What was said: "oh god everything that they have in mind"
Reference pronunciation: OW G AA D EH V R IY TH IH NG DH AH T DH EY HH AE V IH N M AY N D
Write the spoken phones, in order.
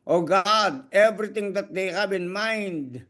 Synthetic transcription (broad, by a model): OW G AA D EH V R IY T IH NG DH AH T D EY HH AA B IH N M AY N D